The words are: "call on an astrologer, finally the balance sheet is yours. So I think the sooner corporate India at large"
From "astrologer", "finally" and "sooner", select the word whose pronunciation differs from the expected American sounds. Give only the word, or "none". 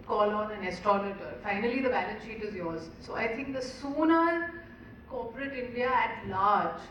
astrologer